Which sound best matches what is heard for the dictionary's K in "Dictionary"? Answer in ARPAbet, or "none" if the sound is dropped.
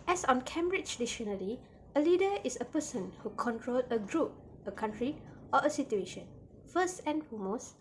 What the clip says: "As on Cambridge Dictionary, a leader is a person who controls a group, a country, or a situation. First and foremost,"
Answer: none